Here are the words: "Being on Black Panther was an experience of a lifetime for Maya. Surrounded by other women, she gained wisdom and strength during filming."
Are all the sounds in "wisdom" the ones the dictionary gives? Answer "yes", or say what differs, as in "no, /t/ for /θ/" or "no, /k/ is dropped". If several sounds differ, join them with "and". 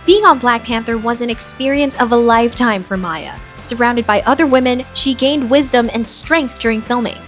yes